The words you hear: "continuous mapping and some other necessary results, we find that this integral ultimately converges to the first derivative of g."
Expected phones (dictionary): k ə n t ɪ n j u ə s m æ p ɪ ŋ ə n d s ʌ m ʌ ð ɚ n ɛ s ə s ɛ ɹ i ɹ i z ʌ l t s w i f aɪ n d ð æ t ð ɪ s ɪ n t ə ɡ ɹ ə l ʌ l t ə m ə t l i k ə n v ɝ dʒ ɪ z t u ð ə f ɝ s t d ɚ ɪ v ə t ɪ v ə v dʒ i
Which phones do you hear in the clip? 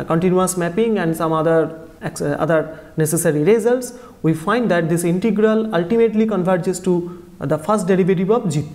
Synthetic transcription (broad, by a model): k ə n t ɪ n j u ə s m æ p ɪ ŋ ə n d s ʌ m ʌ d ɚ n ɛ s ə s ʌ ɹ i ɹ i z ʌ l t s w i f aɪ n d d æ t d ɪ s ɪ n t ə ɡ ɹ ə l ʌ l t ə m ə t l i k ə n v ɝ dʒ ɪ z t u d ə f ɝ s t d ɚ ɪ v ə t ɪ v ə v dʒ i